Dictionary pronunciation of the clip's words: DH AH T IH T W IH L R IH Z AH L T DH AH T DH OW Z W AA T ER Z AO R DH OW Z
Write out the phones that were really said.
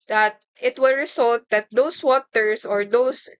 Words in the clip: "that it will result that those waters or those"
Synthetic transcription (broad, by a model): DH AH T IH T W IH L R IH S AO L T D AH T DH OW S W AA T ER S AO R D OW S